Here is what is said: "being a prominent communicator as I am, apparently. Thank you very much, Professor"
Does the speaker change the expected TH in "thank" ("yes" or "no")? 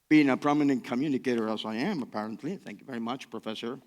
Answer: no